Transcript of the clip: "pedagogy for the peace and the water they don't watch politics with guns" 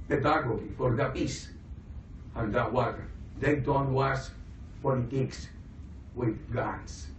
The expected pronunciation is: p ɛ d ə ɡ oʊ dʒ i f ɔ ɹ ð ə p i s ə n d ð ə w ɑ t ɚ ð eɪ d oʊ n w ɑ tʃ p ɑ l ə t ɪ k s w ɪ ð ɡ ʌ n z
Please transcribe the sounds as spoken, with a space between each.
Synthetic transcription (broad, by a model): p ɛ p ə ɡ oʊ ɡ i f ɔ ɹ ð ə p i s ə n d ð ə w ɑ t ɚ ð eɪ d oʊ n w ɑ s p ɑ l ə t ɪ k s w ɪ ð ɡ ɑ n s